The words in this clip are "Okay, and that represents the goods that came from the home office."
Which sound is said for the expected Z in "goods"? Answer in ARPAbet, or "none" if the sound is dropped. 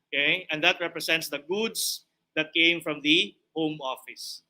S